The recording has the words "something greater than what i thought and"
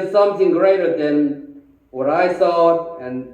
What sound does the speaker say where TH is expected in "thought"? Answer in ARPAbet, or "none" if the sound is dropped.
S